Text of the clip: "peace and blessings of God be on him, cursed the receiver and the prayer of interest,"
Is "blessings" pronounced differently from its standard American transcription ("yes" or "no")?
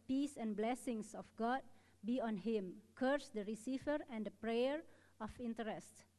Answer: yes